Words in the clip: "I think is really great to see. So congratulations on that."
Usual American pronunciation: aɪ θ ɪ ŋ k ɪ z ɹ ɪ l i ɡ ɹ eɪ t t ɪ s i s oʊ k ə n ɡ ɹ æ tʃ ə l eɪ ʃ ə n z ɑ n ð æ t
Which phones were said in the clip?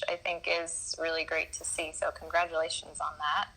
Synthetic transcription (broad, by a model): aɪ θ ɪ ŋ k ɪ z ɹ ɪ l i ɡ ɹ eɪ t t ɪ s i s oʊ k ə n ɡ ɹ æ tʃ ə l eɪ ʃ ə n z n ð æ t